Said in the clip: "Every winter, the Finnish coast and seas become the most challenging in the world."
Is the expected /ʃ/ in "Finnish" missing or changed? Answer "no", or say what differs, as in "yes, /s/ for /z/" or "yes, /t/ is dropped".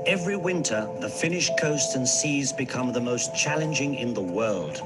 no